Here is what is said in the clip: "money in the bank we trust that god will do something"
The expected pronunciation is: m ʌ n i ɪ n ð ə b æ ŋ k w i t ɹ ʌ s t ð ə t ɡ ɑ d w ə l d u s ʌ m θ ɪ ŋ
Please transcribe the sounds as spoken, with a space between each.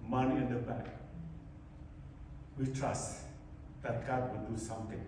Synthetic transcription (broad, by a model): m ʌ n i ɪ n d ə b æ k w i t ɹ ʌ s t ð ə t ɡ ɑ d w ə d u s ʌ m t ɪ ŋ